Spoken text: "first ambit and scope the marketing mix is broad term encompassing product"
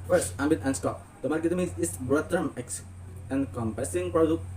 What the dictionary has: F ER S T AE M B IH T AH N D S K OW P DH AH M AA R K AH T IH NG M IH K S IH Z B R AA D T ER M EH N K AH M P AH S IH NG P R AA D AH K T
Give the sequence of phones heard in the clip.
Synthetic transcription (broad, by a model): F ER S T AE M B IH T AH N S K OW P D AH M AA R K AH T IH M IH S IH S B R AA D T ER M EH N K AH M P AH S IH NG P R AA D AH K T